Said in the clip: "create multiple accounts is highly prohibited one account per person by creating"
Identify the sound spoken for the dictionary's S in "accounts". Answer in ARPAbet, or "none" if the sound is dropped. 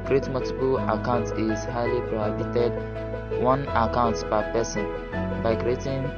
none